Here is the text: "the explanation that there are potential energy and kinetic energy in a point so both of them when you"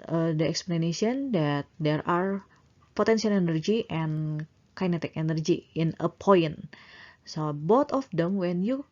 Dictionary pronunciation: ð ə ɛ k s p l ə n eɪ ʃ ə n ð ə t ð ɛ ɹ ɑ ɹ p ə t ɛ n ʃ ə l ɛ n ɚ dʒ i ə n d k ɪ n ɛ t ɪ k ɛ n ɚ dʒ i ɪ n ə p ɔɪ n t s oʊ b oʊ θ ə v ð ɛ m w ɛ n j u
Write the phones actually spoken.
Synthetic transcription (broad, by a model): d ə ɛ k s p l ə n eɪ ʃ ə n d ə t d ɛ ɹ ɑ ɹ p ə t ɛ n s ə l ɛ n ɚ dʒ i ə n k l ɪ n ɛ t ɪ k ɛ n ɚ dʒ i ɪ n ə p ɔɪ n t s oʊ b oʊ t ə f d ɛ m w ɛ n j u